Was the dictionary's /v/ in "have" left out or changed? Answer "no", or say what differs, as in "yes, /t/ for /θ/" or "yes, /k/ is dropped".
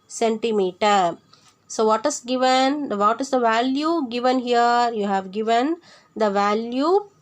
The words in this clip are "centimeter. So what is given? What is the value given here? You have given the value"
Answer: no